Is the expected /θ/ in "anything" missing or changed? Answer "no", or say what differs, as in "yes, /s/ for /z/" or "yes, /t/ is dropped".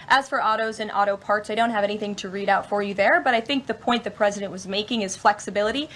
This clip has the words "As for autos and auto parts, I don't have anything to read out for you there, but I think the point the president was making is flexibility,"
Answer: no